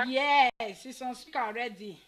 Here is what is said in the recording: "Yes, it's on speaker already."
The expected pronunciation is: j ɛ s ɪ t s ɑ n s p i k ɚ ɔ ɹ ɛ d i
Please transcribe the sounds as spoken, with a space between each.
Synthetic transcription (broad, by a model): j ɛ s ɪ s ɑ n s i k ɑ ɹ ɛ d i